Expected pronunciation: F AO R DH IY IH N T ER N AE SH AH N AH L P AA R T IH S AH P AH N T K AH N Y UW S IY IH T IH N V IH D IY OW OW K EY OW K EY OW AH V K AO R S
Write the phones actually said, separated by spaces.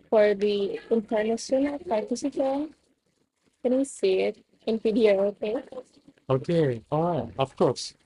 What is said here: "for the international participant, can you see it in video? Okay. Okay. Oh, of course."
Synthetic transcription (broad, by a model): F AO R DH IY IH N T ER N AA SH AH N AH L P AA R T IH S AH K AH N K AH N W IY S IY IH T IH N P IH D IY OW OW K EY OW K EY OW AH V K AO R S